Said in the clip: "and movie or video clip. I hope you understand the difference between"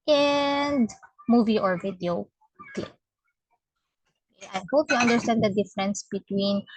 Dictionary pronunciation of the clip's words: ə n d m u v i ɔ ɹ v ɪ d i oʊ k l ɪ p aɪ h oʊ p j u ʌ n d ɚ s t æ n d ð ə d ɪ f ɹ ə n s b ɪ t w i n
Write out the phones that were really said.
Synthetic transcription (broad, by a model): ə n d m u v i ɔ ɹ v ɪ d i oʊ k l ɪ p aɪ h oʊ p j u ʌ n d ɚ s t æ n d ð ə d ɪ f ɹ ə n s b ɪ t w i n